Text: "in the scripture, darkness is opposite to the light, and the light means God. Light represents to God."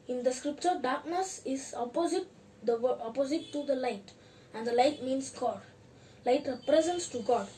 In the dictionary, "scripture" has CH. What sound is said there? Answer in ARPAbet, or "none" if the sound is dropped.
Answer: CH